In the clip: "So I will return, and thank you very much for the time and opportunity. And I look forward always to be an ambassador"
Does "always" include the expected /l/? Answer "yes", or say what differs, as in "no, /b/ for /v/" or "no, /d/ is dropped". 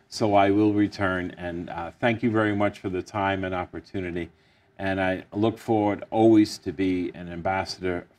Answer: yes